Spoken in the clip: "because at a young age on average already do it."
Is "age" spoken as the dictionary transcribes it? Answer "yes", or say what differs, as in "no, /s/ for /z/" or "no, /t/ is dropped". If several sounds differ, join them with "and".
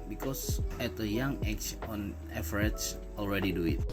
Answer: no, /tʃ/ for /dʒ/